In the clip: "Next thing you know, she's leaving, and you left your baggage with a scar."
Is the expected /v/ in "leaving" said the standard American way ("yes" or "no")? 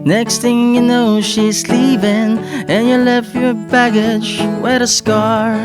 no